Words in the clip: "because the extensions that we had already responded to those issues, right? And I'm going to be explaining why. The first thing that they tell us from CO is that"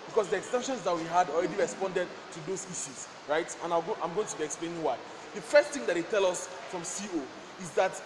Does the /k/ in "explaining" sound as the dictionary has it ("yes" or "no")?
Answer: yes